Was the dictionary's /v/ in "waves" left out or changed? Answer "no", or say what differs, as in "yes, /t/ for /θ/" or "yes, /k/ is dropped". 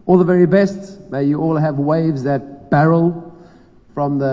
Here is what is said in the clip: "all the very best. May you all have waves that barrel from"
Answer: no